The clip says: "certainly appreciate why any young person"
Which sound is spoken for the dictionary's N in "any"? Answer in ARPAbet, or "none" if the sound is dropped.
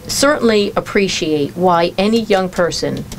N